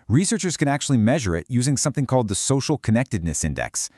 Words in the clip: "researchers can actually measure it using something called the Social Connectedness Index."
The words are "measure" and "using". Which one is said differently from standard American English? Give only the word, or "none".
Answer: none